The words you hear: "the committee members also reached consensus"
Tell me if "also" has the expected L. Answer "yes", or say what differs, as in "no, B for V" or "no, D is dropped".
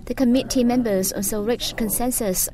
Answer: no, N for L